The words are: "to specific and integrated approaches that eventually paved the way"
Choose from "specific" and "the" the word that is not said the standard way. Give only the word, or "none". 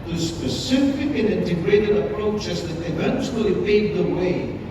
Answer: specific